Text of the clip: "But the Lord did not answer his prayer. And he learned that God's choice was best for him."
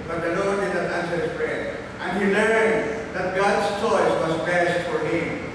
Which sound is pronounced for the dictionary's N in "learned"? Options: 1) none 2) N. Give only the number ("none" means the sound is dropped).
1